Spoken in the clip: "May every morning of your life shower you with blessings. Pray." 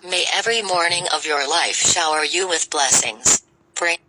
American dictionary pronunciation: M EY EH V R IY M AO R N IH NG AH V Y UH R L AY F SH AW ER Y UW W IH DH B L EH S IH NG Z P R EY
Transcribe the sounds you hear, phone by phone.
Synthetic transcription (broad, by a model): M EY EH V R IY M AO R N IH NG AH V Y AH R L AY F SH AW ER Y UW W IH DH B L EH S IH NG Z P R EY